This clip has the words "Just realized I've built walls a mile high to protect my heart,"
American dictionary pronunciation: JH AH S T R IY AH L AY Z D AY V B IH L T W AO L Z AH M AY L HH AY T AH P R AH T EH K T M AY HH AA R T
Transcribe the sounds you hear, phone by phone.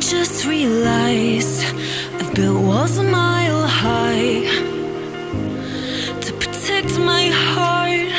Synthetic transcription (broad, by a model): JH AH S T R IY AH L AY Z AY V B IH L W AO Z AH M AY L HH AY T AH P R AH T EH K T M AY HH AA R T